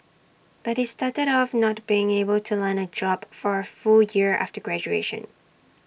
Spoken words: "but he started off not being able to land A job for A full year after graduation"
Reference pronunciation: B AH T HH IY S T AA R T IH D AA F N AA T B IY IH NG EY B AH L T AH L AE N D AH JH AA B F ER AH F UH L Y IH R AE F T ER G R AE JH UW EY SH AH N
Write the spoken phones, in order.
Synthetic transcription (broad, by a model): B AH T HH IY S T AA R T IH D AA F N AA T B IY IH NG EY B AH L T AH L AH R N AH JH AA B F ER AH F UH L Y IH R AE F T ER G R AE JH UW EY SH AH N